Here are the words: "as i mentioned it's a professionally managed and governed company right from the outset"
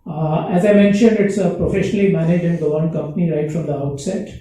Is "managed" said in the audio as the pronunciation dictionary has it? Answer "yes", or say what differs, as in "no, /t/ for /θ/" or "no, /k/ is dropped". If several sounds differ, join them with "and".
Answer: no, /d/ is dropped